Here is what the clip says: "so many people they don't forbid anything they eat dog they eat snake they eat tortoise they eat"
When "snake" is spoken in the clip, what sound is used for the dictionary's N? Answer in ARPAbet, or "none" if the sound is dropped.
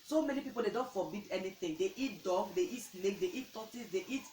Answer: L